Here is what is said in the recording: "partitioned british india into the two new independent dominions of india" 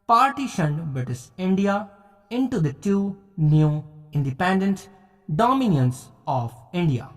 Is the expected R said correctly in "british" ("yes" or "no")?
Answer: no